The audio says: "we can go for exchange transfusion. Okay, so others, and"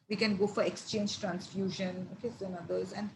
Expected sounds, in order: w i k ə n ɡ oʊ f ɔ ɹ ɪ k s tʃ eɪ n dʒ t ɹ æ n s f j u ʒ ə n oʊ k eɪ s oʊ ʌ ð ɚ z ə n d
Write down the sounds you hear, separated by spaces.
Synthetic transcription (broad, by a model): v i k ə n ɡ oʊ f ɔ ɹ ɪ k s tʃ eɪ n dʒ t ɹ æ n s f j u ʒ ə n oʊ k eɪ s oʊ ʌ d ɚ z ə n d